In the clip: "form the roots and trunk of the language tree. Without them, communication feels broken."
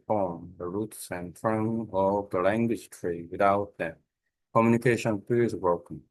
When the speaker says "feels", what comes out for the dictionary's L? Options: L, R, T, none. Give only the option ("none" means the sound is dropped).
none